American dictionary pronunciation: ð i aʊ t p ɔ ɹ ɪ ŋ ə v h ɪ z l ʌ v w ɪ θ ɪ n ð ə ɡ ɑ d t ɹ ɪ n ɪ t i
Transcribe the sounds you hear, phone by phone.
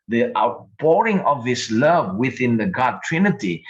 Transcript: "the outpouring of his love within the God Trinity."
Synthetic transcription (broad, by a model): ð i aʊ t b ɔ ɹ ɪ ŋ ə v h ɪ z l ʌ v w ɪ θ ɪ n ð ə ɡ ɑ d t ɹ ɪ n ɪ t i